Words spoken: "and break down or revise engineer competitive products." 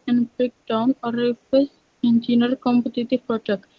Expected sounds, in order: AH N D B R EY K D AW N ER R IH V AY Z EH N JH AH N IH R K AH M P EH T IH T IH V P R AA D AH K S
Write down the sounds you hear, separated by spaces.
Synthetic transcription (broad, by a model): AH N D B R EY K D AW N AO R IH F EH S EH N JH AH N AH R K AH M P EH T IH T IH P R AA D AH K